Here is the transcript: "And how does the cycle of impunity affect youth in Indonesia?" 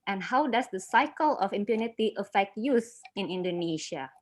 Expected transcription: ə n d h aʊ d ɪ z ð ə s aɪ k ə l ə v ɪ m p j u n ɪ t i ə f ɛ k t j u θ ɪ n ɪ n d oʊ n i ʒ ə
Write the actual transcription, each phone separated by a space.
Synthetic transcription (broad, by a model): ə n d h aʊ d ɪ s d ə s aɪ k ə l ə f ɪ m p j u n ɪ t i ə f ɛ k t j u s ɪ n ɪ n d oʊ n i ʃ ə